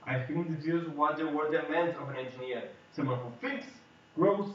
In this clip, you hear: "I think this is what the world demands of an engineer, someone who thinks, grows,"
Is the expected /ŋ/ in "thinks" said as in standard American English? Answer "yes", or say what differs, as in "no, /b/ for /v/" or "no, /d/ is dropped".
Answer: no, /ŋ/ is dropped